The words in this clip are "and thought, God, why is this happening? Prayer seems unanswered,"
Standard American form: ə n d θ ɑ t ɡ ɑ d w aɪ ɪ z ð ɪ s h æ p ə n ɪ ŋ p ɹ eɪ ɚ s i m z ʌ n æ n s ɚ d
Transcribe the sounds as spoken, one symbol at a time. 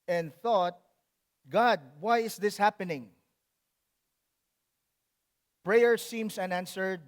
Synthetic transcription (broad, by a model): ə n d θ ɑ t ɡ ɑ d w aɪ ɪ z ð ɪ s h æ p ə n ɪ ŋ p ɹ eɪ ɚ s i m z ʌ n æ n s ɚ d